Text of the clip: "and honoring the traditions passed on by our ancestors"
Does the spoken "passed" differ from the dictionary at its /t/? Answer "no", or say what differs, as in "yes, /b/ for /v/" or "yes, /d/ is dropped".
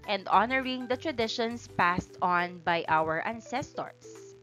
no